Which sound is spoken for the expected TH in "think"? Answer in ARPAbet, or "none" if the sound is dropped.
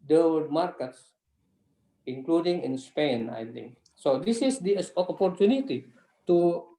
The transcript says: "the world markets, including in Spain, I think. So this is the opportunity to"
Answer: T